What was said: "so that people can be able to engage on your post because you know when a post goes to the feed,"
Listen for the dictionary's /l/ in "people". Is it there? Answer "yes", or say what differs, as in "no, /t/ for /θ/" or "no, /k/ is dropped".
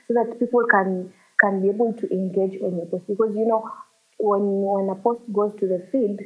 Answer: no, /n/ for /l/